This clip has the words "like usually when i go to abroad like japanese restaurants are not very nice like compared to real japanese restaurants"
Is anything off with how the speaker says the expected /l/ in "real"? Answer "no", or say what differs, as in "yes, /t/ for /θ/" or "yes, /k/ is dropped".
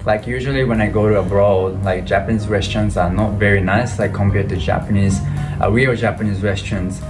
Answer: yes, /w/ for /l/